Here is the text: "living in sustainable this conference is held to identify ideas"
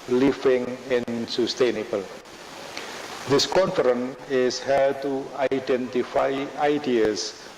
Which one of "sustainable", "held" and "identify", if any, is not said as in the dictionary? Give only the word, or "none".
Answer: held